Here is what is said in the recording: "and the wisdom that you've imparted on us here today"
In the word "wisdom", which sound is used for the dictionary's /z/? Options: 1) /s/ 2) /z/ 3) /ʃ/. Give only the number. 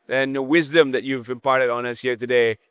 2